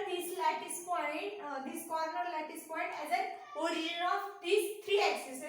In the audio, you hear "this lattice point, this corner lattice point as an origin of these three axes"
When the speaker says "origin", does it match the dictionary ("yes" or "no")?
no